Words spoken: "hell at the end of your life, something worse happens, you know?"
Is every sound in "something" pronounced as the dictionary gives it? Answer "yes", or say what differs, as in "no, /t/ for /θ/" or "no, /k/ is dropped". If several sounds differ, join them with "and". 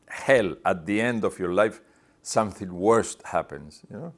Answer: yes